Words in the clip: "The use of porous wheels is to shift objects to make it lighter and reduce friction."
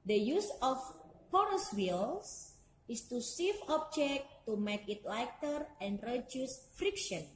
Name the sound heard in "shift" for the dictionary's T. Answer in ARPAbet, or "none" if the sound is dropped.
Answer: none